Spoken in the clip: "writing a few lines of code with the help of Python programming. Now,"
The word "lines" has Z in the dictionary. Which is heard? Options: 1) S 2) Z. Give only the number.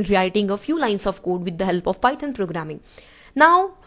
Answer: 1